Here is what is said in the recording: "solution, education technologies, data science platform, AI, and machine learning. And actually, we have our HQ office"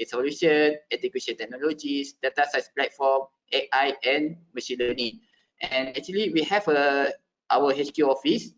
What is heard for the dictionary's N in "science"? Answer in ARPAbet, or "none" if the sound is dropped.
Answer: none